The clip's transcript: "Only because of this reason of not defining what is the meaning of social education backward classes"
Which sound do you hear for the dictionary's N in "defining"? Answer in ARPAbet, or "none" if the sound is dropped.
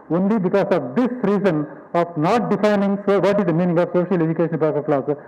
N